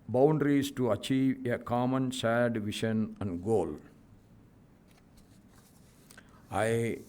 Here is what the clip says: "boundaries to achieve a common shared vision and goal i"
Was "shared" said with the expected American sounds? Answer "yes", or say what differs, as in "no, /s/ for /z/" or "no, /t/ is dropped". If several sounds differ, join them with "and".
no, /s/ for /ʃ/